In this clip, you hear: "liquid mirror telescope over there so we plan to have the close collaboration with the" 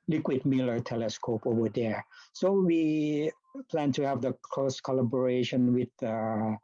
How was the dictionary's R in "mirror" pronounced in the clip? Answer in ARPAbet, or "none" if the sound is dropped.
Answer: L